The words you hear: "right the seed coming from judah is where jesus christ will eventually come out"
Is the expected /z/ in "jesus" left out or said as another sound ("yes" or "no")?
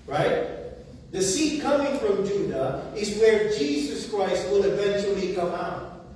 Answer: no